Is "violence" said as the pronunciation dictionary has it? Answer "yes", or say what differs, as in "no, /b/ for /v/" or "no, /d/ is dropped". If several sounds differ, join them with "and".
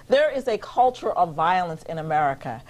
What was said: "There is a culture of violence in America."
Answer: yes